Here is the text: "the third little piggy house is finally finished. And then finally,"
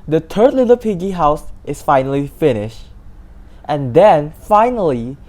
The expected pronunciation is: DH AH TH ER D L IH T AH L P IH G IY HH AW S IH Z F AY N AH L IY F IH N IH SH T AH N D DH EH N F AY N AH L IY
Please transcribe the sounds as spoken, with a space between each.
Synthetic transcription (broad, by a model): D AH T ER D L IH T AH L P IH G IY HH AW S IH S F AY N AH L IY F IH N IH SH T AH N D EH N F AY N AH L IY